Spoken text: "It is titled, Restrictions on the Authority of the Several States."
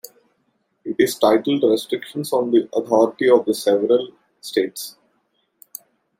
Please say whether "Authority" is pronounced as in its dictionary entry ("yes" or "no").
no